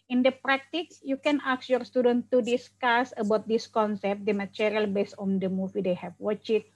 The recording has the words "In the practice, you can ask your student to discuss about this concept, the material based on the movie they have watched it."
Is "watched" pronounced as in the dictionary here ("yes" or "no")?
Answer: no